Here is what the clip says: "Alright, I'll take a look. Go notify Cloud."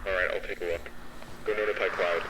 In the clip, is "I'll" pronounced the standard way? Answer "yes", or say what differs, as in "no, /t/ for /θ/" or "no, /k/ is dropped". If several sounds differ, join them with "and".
yes